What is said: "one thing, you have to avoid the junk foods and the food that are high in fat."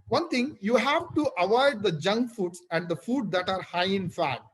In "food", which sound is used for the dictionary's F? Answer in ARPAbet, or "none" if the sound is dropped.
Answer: F